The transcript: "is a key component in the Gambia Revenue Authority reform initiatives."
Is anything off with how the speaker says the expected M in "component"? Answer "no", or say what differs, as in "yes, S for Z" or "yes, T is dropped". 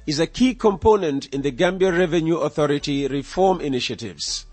no